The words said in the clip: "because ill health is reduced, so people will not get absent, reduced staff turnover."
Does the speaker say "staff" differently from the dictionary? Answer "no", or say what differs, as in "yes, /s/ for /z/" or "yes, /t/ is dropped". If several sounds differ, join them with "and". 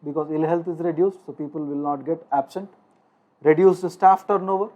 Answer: no